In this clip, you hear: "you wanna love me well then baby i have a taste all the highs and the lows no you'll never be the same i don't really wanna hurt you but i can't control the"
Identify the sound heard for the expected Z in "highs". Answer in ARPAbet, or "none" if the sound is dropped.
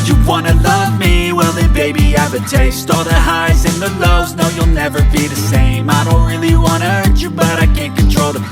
Z